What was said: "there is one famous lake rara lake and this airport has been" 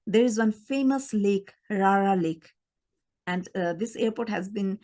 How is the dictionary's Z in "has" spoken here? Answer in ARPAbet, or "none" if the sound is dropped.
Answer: Z